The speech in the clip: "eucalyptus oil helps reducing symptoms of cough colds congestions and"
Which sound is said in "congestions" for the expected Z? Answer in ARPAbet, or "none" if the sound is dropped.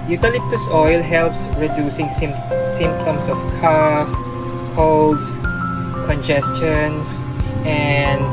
S